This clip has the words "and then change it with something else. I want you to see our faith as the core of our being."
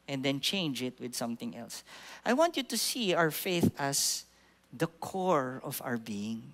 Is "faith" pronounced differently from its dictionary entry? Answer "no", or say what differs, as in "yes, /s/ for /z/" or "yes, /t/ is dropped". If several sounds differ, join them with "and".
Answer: no